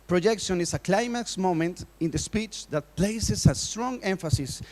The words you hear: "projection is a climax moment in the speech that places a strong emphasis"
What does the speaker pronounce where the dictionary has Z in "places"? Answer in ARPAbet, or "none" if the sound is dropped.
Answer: S